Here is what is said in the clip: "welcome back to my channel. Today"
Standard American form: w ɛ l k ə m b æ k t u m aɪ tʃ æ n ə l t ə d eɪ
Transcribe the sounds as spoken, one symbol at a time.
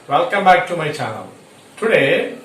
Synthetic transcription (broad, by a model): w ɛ l k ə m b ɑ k t u m aɪ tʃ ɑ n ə w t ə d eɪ